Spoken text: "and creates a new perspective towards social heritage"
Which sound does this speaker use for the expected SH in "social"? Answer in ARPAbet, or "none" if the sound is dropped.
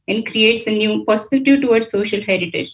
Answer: SH